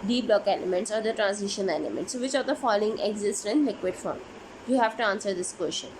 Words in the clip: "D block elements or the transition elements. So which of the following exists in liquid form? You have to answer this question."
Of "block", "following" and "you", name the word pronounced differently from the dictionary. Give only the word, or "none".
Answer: none